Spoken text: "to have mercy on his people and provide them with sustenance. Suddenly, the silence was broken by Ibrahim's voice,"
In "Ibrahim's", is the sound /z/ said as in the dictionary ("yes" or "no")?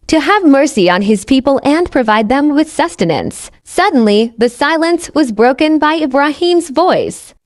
yes